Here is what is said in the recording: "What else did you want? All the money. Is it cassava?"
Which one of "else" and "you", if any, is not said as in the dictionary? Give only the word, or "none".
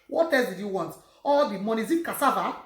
else